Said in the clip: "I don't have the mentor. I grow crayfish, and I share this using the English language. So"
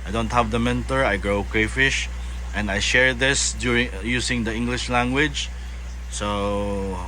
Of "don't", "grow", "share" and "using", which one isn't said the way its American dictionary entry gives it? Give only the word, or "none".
using